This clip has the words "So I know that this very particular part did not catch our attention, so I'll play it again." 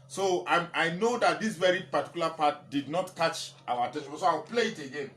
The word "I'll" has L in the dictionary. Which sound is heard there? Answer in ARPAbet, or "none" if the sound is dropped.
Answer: W